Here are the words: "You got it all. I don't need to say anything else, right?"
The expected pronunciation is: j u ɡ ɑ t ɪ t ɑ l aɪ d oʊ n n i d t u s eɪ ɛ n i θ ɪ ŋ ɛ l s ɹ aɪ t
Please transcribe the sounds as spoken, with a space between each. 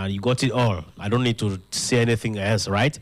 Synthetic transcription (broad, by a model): j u ɡ ɑ t ɪ t ɑ l aɪ d oʊ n n i d t u s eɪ ɛ n i θ ɪ ŋ ɛ l s ɹ aɪ t